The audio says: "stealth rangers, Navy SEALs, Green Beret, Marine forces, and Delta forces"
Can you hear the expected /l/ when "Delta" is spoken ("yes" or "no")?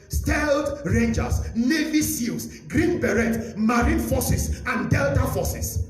yes